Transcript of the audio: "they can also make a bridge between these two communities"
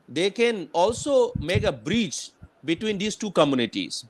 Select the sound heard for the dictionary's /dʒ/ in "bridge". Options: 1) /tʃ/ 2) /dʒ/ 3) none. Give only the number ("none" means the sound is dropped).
1